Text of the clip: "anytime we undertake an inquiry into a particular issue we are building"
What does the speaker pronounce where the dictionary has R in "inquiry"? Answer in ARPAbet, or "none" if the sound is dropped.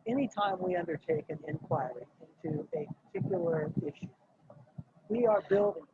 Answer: R